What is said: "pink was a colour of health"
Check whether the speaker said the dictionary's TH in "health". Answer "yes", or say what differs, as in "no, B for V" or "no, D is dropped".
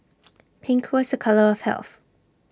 yes